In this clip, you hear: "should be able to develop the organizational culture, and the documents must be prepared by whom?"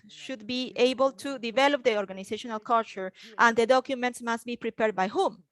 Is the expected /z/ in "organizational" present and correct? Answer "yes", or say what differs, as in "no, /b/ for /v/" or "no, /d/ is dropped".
no, /s/ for /z/